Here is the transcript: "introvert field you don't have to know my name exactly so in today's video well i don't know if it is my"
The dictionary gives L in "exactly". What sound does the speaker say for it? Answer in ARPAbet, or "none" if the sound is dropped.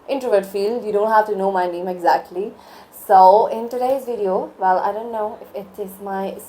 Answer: L